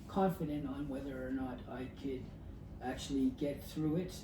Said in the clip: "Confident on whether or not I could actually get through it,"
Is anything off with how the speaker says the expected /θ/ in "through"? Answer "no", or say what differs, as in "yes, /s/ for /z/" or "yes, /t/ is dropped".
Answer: no